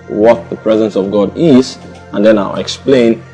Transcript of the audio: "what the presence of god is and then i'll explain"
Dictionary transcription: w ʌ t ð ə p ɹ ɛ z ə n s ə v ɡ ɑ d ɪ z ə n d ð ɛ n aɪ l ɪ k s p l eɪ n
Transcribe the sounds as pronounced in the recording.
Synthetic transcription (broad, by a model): w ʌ t ð ə p ɹ ɛ z ə n s ə v ɡ ɑ d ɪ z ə n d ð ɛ n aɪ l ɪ k s p l eɪ n